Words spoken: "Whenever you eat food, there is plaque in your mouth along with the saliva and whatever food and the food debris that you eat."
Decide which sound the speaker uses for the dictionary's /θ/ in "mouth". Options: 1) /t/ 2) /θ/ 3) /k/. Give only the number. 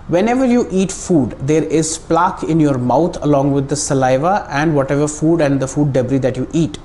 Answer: 1